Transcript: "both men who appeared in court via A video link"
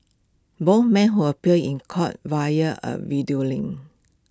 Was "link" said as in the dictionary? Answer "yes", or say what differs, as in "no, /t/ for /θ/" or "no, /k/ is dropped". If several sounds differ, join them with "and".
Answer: no, /k/ is dropped